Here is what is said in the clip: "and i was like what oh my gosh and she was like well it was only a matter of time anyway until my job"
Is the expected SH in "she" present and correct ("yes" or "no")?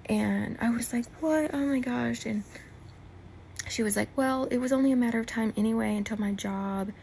yes